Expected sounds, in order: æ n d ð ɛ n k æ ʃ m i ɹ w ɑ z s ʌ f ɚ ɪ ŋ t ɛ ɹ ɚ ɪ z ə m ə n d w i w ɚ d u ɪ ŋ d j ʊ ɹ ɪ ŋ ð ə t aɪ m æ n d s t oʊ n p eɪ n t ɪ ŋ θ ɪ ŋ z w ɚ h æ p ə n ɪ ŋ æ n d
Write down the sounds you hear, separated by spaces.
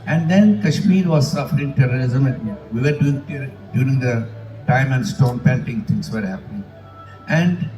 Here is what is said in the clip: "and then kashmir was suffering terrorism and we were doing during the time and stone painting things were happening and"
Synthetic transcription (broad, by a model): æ n d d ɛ n k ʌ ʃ m i ɹ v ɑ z s ʌ f ɚ ɪ ŋ t ɛ ɹ ɚ ɪ z ə m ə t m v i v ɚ d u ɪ ŋ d j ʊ ɹ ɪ ŋ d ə t aɪ m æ n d s t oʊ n p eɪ n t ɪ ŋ t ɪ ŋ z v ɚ h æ p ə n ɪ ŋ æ n d